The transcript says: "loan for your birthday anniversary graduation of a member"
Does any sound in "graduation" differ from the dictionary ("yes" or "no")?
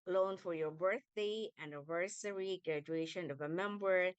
no